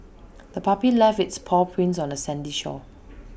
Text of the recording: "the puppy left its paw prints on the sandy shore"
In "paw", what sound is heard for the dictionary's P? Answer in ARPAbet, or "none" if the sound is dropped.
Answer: P